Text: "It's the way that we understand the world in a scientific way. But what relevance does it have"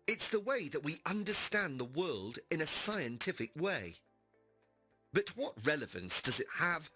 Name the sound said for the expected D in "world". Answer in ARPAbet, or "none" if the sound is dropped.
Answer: D